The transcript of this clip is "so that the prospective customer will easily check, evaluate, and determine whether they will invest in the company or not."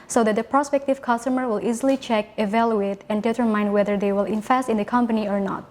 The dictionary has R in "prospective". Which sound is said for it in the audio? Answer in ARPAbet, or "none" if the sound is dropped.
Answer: R